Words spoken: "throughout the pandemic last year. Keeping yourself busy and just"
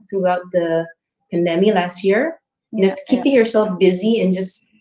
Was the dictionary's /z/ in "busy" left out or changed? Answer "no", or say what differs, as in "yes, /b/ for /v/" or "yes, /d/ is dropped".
no